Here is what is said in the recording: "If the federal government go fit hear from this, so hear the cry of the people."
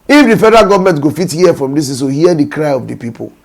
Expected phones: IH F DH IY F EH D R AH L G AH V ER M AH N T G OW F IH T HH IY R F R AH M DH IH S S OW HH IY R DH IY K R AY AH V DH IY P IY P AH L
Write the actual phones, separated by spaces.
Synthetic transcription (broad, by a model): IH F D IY F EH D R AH G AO V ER M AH N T G OW F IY T HH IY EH F R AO M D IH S S OW HH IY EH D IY K R AY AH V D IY P IY P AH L